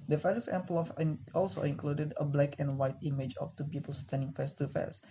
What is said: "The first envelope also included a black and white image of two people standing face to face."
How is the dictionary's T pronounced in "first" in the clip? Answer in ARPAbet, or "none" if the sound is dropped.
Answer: none